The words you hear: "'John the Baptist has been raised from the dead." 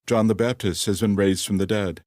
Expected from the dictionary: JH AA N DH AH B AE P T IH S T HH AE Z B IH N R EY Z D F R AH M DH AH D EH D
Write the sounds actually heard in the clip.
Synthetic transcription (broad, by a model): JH AA N DH AH B AE P T IH S T HH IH Z B IH N R EY Z D F R AH M DH AH D EH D